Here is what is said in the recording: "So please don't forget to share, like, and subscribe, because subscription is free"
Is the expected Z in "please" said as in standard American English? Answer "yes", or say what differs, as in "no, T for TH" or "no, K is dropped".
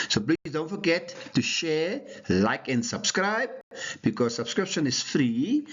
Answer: no, Z is dropped